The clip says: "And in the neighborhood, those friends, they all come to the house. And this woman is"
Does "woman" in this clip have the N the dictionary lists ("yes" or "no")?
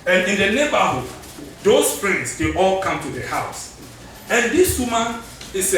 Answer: no